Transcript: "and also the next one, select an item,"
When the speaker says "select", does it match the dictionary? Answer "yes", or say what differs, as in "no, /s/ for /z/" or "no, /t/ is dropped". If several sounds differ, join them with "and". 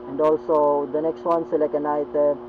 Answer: no, /t/ is dropped